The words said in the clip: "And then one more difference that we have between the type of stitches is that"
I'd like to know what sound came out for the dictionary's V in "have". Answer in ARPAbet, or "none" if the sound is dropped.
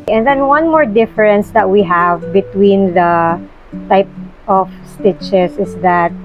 V